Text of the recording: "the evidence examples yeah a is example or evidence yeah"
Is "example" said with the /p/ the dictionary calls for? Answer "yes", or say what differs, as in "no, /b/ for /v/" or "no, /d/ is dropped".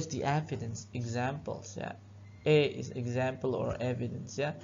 yes